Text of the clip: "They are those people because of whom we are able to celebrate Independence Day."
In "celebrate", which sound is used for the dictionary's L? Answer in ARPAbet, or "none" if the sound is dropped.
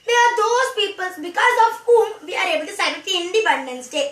none